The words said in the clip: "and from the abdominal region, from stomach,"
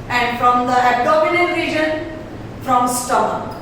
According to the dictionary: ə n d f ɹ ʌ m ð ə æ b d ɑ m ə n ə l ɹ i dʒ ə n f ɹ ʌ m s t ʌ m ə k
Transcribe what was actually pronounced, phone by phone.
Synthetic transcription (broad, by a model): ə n d f ɹ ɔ m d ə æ d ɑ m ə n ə n ɹ i dʒ ə n f ɹ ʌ m s t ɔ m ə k